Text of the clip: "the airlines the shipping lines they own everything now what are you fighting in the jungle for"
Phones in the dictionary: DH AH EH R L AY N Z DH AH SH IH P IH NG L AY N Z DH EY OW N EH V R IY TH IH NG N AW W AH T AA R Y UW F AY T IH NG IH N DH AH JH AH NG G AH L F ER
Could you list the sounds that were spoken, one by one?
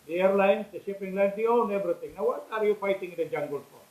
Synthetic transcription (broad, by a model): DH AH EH R L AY N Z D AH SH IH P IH NG L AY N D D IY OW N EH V R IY T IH NG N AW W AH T AA R Y UW F AY T IH NG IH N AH JH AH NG G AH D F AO